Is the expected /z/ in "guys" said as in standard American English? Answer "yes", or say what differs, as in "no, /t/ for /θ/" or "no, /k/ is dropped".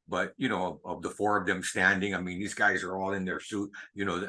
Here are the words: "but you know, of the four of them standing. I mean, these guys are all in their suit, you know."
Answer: yes